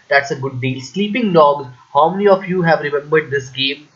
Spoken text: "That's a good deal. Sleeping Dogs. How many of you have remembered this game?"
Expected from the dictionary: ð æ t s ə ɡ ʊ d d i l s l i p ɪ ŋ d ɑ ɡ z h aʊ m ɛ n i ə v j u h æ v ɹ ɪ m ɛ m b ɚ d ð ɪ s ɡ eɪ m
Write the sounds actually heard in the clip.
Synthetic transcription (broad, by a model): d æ t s ə ɡ ʊ d d i l s l i p ɪ ŋ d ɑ ɡ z h aʊ m ɛ n i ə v j u h æ v ɹ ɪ m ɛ m b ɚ d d ɪ s ɡ eɪ m